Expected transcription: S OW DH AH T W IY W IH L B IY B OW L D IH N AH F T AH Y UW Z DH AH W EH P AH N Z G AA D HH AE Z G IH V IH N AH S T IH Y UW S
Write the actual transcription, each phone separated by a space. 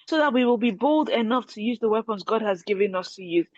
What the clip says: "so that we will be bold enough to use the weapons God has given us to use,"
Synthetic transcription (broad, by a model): S OW DH AH T W IY W IH L B IY B OW L D IH N AH F T AH Y UW Z DH AH W EH P AH N Z G AA D HH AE Z G IH V IH N AH S T IH Y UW